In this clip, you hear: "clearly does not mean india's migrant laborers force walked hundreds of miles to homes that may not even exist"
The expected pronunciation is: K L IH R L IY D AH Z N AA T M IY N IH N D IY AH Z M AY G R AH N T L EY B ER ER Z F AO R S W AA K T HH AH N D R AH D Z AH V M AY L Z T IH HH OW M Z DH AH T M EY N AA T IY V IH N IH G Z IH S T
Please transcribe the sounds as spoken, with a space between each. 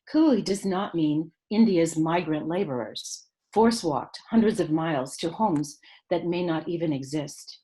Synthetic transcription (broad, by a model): K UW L IY D AH Z N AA T M IY N IH N D IY AH Z M AY G R AH N T L EY B ER ER Z F AO R S W AA K T HH AH N D R AH D Z AH V M AY L Z T IH HH OW M Z DH AH T M EY N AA T IY V IH N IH G Z IH S T